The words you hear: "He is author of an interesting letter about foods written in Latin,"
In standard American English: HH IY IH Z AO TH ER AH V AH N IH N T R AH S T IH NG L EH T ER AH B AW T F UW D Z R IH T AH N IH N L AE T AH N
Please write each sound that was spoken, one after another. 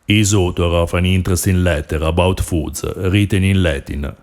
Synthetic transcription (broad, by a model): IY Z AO T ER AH F AH N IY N T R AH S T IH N L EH T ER AH B AW T F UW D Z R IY T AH N IH N L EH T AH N